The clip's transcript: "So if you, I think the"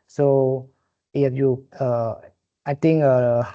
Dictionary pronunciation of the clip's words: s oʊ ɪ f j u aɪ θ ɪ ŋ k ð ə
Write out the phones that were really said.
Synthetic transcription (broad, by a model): s oʊ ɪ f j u aɪ t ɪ ŋ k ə